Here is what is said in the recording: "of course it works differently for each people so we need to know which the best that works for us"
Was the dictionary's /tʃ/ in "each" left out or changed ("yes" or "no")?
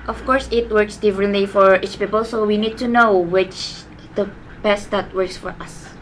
no